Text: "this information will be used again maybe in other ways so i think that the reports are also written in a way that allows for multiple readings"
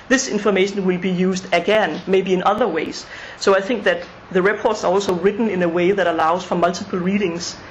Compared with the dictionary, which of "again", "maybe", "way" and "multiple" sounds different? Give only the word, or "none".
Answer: multiple